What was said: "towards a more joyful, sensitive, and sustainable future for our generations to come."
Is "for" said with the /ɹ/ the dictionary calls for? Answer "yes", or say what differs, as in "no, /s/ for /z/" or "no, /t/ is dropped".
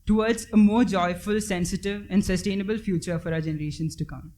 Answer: yes